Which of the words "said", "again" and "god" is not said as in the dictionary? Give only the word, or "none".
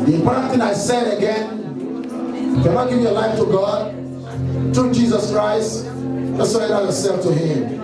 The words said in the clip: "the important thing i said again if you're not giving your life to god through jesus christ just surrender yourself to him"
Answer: none